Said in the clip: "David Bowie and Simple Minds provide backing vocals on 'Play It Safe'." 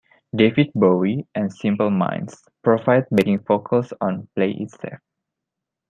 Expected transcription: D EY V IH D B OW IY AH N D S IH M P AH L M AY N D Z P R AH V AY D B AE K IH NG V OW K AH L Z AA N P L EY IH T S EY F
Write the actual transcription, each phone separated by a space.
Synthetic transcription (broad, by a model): D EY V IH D B OW IY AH N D S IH M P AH L M AY N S P R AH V AY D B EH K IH NG F OW K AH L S AA N P L EY IH T S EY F